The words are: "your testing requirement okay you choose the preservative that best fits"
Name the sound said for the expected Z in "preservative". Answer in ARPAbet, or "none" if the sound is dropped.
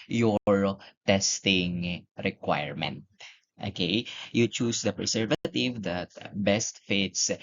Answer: S